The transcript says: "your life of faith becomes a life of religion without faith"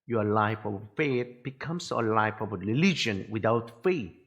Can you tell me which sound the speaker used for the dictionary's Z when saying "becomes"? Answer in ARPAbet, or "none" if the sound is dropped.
S